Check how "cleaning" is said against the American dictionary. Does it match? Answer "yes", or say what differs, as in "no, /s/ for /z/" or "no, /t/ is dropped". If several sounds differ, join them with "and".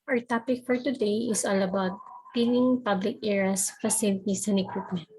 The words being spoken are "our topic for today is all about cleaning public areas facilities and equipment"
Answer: no, /l/ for /n/